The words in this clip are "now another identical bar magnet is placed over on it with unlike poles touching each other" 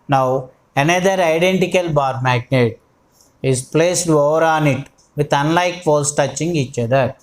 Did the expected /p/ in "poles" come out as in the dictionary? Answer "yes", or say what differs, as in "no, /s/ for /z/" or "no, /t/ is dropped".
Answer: no, /f/ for /p/